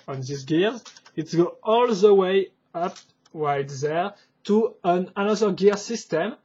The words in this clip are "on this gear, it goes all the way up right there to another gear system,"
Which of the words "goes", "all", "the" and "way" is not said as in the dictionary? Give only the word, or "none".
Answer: goes